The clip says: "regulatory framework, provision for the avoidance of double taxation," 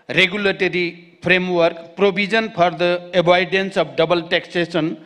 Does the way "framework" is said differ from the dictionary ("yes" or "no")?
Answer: yes